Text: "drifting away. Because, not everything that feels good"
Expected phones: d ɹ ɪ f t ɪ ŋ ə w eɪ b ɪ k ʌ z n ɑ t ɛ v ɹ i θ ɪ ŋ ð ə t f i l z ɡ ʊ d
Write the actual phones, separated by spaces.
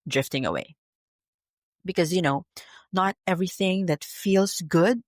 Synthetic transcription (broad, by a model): d ɹ ɪ f t ɪ ŋ ə w eɪ b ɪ k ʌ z n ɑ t ɛ v ɹ i θ ɪ ŋ ð ə t f i l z ɡ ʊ d